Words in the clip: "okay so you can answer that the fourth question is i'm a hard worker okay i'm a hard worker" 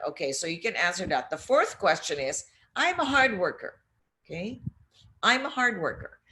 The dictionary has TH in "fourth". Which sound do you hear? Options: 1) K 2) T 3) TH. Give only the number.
3